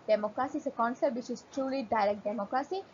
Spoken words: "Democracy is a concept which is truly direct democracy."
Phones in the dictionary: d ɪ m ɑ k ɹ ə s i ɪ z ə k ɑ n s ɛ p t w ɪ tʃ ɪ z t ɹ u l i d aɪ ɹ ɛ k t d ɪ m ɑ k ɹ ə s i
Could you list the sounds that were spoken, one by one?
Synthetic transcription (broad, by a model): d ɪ m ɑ k ɹ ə s i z ə k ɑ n s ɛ t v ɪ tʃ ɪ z t ɹ u l i d aɪ ɹ ɛ k t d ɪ m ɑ k ɹ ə s i